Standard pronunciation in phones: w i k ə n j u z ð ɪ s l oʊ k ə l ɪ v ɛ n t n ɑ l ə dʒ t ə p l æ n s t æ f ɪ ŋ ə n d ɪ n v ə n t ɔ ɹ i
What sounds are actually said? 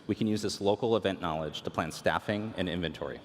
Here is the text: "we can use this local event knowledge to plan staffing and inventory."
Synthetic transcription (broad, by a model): w i k ə n j u z ð ɪ s l oʊ k l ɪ v ɛ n n ɑ l ə dʒ t ə p l æ n s t æ f ɪ ŋ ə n ɪ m v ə n t ɔ ɹ i